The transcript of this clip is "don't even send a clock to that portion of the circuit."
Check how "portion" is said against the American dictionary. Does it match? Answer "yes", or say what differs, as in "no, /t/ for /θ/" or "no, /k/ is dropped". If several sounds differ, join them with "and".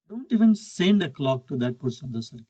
no, /s/ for /ʃ/